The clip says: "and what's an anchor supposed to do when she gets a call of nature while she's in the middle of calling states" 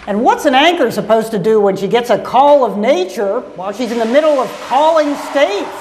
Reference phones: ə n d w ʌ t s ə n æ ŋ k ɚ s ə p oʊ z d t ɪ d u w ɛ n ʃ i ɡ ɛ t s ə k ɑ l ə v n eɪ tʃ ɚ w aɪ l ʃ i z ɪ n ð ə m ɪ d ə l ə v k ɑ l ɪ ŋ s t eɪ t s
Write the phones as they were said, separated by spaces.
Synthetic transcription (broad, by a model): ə n w ʌ t s ə n æ ŋ k ɚ s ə p oʊ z t ɪ d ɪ w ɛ n ʃ i ɡ ɛ t s ə k ɑ l ə v n eɪ tʃ ɚ w aɪ l ʃ i z ɪ n ð ə m ɪ d l ə v k ɑ l ɪ ŋ s t eɪ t